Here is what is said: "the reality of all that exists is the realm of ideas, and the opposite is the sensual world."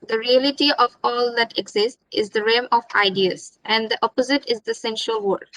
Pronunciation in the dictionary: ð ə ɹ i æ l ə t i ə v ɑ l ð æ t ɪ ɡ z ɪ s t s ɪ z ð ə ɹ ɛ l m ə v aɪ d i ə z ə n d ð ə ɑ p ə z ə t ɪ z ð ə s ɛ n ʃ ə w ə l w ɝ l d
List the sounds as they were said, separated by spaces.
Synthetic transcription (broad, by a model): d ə ɹ i æ l ə t i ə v ɑ l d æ t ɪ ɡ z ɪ s t ɪ z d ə ɹ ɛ m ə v aɪ d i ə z ə n d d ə ɑ p ə z ə t ɪ z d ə s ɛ n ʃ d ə l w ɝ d